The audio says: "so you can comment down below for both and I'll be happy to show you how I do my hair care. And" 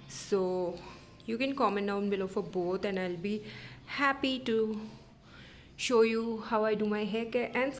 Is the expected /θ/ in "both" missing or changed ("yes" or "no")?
yes